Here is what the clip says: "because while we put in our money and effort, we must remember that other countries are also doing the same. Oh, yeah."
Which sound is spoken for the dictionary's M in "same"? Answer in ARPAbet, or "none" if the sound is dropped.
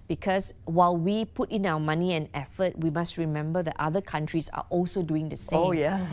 none